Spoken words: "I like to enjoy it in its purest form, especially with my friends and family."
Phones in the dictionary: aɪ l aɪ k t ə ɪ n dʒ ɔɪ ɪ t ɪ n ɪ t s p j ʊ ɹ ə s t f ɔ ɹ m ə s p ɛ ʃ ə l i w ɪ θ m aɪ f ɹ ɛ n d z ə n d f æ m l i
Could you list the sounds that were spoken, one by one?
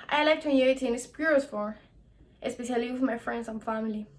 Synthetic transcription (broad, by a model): aɪ l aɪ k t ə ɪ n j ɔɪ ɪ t ɪ n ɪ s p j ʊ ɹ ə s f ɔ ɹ ə s p ɛ ʃ ə l i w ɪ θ m aɪ f ɹ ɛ n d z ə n f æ m l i